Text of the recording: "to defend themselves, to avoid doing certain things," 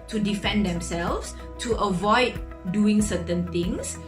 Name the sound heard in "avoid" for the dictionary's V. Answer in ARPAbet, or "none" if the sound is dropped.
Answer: V